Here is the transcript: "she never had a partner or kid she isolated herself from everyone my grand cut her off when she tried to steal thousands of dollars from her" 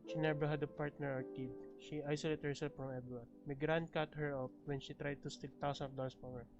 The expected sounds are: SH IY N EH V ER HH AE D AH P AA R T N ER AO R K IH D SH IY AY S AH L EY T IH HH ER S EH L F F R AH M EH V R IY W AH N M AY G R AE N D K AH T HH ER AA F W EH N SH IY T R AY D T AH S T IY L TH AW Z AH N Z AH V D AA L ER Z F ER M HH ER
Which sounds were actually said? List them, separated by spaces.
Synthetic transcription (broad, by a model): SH IY N EH B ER HH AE D AH P AA R T N ER AO R K IH D SH IY AY S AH L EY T HH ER S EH L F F R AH M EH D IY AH M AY G R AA N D K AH T HH ER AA P W EH N SH IY T R AY D T AH S T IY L T AW S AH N AH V D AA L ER S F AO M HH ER